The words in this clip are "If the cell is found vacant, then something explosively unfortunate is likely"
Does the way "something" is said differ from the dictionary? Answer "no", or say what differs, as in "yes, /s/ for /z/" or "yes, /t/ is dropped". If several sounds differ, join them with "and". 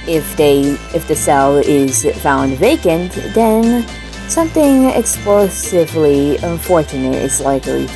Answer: no